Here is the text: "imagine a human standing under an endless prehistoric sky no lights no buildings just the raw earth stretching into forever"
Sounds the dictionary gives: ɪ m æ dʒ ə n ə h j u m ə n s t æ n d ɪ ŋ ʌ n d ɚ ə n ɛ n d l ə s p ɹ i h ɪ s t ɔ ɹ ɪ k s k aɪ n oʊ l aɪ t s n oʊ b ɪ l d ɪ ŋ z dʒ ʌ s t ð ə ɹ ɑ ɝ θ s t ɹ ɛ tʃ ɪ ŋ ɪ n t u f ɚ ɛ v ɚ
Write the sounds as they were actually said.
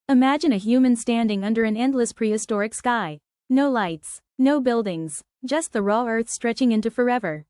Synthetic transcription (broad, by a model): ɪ m æ dʒ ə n ə h j u m ə n s t æ n d ɪ ŋ ʌ n d ɚ ə n ɛ n d l ə s p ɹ i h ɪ s t ɔ ɹ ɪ k s k aɪ n oʊ l aɪ t s n oʊ b ɪ l d ɪ ŋ z dʒ ʌ s t ð ə ɹ ɑ ɝ θ s t ɹ ɛ tʃ ɪ ŋ ɪ n t u f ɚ ɛ v ɚ